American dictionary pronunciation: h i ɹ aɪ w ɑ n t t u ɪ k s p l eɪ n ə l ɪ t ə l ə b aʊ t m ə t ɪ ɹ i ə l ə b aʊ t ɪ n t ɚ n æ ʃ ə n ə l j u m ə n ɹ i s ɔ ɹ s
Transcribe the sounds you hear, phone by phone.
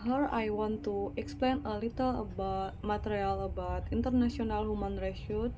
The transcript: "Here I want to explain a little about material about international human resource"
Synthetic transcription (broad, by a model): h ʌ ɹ aɪ w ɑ n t t u ɪ k s p l eɪ n ə l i t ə l ə b aʊ t m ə t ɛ ɹ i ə l ə b aʊ t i n t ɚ n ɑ s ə n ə l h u m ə n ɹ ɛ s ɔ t